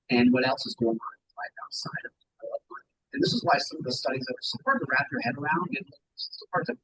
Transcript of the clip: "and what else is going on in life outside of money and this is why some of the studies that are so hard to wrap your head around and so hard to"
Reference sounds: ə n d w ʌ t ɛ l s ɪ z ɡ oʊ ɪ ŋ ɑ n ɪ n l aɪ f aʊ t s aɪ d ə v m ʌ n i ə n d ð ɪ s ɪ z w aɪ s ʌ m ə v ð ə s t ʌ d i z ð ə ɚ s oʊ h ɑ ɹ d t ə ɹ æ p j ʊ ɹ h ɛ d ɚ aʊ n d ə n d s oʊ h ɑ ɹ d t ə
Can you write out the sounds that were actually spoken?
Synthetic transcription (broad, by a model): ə n w ʌ t ɛ l s ɪ z ɡ oʊ ɪ ŋ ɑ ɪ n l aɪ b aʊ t s aɪ d ə v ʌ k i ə n ð ɪ s ɪ z w aɪ s ʌ m ə v ð ə s t ʌ d i z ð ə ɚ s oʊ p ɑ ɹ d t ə ɹ æ p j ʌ ɹ h ɛ d ɚ aʊ n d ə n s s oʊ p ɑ ɹ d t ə